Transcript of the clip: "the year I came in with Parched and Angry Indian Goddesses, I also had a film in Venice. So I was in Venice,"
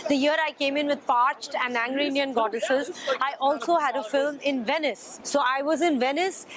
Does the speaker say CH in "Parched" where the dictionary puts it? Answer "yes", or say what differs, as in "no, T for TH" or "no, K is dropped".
yes